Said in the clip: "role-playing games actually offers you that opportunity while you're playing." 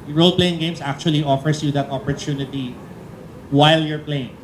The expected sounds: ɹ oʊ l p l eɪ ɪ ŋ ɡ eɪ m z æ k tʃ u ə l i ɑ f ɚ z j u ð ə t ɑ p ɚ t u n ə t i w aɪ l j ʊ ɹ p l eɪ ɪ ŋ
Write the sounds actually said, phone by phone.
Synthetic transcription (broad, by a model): ɹ oʊ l p l eɪ ɪ ŋ ɡ eɪ m s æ k tʃ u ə l i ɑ f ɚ s j u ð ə t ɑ p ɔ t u n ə t i w aɪ l j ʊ ɹ p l eɪ ɪ ŋ